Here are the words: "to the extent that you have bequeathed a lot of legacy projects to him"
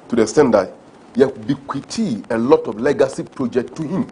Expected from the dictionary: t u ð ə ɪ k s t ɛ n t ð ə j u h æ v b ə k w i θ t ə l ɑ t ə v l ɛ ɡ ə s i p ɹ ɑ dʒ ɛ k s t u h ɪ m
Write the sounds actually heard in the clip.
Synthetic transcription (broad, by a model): t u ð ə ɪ s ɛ n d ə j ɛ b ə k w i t ə l ɑ t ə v l ɛ ɡ ə s i p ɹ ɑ dʒ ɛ k t u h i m